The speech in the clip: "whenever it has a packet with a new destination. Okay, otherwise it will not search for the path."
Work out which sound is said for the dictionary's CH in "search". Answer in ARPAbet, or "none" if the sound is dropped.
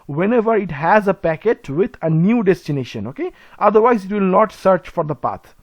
CH